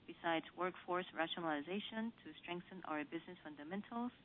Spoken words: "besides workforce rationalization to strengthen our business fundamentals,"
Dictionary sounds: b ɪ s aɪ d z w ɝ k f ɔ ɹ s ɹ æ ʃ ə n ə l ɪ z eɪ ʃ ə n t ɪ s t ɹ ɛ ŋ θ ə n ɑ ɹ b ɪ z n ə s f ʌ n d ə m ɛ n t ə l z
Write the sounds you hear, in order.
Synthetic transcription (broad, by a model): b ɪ s aɪ d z w ɝ k f ɔ ɹ s ɹ æ ʃ ə n ə l ɪ z eɪ ʃ ə n t ɪ s t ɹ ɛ ŋ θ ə n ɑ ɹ b ɪ z n ə s f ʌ n d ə m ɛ n t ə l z